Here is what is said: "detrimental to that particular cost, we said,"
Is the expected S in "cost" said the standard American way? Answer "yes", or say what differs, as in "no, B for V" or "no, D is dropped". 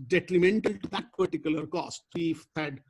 yes